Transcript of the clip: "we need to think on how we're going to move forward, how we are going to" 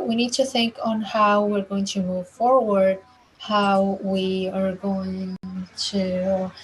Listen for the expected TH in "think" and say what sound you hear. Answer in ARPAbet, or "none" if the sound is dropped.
TH